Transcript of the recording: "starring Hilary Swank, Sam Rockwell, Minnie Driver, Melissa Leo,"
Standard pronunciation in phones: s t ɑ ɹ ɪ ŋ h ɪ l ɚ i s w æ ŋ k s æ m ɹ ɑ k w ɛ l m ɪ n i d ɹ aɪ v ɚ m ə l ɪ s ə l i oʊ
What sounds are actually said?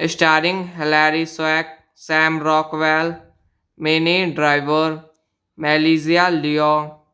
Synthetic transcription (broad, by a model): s t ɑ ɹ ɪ ŋ h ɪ l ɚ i s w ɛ k s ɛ m ɹ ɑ k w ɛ l m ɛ n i d ɹ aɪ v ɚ m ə l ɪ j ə l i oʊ